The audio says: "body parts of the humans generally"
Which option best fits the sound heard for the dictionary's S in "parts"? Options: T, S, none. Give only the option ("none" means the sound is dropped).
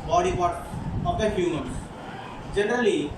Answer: none